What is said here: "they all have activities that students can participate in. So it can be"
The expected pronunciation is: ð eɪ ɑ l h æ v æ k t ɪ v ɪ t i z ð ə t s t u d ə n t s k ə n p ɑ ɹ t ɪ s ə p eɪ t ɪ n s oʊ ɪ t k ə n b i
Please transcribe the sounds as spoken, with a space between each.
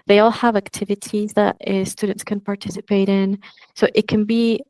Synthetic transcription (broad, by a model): ð eɪ ɑ l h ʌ v æ k t ɪ v ɪ t i z ð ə t s t u d n t s k ə n p ɑ ɹ t ɪ s ə p eɪ t ɪ n s oʊ ɪ t k ə n b i